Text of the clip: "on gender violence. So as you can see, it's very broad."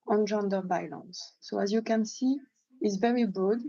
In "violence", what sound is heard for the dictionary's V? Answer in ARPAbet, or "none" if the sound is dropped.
B